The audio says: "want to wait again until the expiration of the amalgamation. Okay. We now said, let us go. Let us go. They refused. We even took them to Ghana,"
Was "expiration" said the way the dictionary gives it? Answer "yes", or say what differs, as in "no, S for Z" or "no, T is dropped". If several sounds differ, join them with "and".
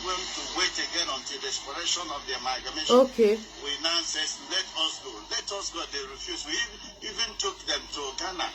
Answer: no, K is dropped